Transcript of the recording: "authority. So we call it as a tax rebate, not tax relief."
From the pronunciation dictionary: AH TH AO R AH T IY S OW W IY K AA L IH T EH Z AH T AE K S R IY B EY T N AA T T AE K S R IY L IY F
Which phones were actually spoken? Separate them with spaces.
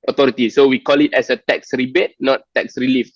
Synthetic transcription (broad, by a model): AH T AO R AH T IY S OW W IY K AA L IH T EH S AH T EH K S R IY B EY T N AA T T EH K S R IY L IY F